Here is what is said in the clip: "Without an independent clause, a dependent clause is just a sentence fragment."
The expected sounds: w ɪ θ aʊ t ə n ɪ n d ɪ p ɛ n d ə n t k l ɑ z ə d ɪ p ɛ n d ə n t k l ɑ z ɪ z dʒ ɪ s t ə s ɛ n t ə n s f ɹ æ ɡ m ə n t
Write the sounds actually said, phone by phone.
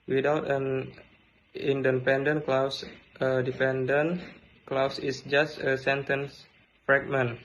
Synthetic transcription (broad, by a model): w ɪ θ aʊ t ə n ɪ n d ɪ p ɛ n d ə n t k l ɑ s ə d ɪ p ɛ n d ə n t k l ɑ s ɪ s dʒ ɪ s t ə s ɛ n t ə n s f ɹ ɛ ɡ m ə n